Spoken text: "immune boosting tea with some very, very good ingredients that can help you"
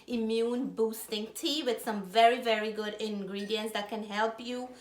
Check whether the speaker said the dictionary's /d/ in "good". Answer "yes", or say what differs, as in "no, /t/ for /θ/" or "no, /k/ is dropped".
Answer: yes